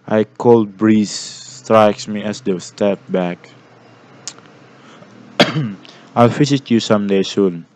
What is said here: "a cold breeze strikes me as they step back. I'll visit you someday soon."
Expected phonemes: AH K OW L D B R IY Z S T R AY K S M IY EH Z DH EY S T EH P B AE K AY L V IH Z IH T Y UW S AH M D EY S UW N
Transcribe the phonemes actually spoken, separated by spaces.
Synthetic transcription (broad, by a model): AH K OW L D B R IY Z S T R AY K S M IY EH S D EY S T EH P B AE K AY L F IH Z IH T Y UW S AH M D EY S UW N